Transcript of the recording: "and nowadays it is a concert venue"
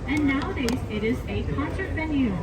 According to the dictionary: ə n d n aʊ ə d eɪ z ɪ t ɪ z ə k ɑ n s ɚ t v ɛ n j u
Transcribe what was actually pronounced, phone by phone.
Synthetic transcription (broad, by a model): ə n n aʊ ə d eɪ z ɪ t ɪ z ə k ɑ n s ɚ t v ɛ n j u